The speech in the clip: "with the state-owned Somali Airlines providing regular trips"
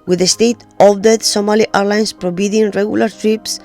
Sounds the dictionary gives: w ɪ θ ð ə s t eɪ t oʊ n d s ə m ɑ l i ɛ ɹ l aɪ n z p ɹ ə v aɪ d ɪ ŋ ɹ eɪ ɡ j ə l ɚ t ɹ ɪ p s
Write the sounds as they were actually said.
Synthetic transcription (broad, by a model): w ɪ ð ə s t eɪ t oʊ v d s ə m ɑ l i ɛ ɹ l aɪ n s p ɹ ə b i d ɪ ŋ ɹ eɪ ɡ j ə l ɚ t ɹ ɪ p s